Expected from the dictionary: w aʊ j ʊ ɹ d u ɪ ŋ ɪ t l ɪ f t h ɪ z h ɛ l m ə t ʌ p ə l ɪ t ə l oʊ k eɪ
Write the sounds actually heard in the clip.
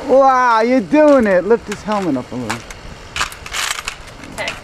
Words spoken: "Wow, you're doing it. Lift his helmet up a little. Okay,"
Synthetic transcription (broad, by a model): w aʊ j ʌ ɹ d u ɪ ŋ ɪ t l ɪ f t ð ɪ s h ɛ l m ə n ʌ p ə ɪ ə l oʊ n